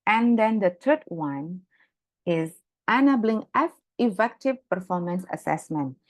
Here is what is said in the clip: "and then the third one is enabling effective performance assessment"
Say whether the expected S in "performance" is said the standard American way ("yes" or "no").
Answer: yes